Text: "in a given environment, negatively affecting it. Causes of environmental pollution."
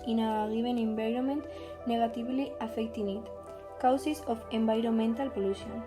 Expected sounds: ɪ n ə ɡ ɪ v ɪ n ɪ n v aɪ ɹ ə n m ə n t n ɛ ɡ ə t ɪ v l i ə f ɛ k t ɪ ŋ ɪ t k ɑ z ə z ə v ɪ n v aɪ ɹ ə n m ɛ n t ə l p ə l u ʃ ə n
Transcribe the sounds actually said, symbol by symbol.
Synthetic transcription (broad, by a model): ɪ n ə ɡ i b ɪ n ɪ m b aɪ ɹ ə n m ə n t n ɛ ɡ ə t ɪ b l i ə f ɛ k t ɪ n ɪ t k ɑ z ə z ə f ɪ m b aɪ ɹ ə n m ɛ n t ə l p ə l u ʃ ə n